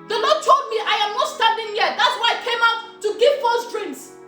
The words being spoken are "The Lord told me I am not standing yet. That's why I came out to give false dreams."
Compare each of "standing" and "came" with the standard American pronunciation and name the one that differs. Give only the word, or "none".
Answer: standing